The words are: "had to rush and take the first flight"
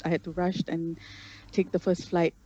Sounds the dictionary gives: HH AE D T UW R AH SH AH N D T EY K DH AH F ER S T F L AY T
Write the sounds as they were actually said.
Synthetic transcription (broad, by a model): HH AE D T UW R AH SH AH N T EY K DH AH F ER S T F L AY T